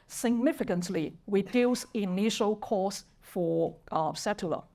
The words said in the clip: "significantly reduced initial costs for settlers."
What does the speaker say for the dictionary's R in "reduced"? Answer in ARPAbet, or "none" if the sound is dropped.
W